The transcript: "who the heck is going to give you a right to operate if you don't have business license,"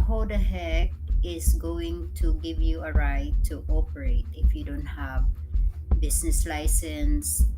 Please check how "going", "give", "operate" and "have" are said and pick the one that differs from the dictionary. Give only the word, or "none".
none